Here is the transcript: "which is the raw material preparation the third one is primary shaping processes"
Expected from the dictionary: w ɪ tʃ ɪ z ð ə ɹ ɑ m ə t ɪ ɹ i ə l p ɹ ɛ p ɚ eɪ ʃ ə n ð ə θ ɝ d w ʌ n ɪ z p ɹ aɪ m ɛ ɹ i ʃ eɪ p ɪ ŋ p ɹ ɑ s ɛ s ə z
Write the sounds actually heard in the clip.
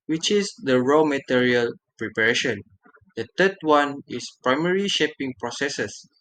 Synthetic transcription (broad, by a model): w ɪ tʃ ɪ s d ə ɹ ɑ m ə t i ɹ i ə l p ɹ ɛ p ɚ eɪ ʃ ə n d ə t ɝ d w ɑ n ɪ s p ɹ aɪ m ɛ ɹ i ʃ eɪ p ɪ ŋ p ɹ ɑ s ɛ s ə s